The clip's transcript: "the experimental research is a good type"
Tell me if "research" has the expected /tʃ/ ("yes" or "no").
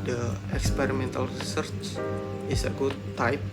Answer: yes